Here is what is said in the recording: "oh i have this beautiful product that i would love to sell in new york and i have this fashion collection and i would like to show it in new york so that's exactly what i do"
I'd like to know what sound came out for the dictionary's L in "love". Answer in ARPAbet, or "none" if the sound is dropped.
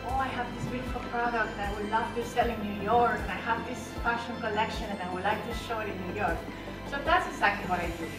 N